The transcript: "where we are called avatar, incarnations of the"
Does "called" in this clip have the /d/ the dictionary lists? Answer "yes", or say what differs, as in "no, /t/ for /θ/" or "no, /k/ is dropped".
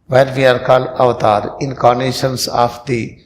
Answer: no, /d/ is dropped